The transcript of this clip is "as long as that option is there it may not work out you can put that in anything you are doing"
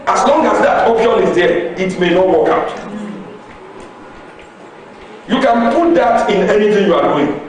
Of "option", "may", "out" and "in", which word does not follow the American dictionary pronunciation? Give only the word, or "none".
none